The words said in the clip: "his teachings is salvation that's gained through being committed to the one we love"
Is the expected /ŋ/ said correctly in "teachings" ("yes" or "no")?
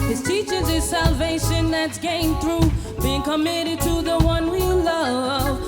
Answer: no